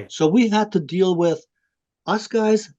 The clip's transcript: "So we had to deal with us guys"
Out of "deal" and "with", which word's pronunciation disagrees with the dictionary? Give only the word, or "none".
none